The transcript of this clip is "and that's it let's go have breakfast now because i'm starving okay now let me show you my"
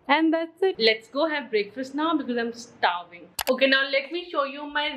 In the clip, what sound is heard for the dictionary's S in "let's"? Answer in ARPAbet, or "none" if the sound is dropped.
S